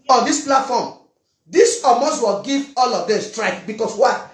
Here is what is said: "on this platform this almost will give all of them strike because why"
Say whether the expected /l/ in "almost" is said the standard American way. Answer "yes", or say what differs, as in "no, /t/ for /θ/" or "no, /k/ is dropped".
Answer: no, /l/ is dropped